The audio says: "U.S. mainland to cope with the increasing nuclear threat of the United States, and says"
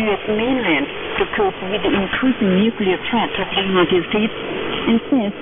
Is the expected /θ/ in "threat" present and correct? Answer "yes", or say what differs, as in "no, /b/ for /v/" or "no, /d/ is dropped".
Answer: no, /t/ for /θ/